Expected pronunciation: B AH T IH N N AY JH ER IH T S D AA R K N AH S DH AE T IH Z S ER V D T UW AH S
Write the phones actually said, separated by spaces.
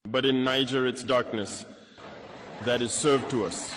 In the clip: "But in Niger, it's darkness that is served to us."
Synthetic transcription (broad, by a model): B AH T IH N N AY JH ER IH T S D AA R K N AH S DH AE T IH Z S ER V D T UW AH S